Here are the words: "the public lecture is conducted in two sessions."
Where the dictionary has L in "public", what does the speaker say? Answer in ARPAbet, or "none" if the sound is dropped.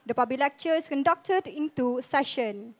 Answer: none